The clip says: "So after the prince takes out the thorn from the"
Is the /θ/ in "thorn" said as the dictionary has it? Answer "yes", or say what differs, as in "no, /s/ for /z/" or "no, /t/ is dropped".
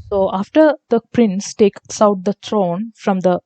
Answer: no, /t/ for /θ/